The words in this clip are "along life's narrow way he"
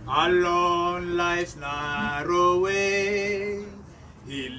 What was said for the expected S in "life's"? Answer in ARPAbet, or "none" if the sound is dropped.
none